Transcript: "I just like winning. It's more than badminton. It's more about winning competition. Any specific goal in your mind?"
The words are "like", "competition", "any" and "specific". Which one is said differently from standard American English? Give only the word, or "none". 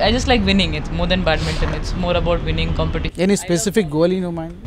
competition